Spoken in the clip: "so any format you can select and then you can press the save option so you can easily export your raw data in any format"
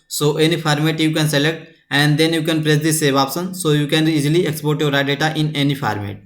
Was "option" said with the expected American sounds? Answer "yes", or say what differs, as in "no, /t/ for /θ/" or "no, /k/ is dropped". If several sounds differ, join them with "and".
no, /s/ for /ʃ/